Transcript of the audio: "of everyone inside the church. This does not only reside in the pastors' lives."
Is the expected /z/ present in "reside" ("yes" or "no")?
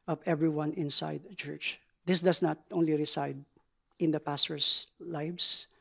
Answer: no